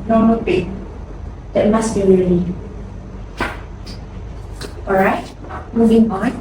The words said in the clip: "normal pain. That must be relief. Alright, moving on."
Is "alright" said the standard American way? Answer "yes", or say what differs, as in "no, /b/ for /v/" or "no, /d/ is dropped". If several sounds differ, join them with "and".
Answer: no, /l/ is dropped